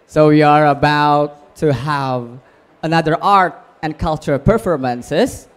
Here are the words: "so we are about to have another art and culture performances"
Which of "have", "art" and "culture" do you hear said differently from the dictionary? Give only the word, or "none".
none